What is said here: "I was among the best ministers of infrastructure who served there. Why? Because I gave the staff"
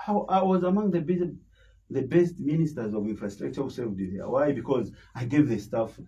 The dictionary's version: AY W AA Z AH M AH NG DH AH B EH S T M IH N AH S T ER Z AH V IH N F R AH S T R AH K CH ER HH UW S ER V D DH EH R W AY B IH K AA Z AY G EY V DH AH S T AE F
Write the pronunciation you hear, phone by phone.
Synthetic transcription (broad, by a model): AY W AA Z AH M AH NG DH AH B EH S T M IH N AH S T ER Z AH V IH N F R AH S T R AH K CH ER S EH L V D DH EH W AY B IH K AA Z AY G EY V DH AH S T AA F